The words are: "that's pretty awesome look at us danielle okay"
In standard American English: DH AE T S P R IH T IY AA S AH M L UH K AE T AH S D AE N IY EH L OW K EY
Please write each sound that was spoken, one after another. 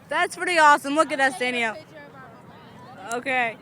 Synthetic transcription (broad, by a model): DH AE T S P R IH T IY AA S AH M W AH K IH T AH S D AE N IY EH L OW K EY